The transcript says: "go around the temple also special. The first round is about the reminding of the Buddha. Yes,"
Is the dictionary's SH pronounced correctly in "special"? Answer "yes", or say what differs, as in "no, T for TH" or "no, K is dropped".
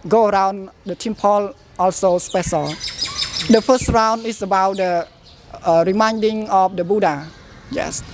no, S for SH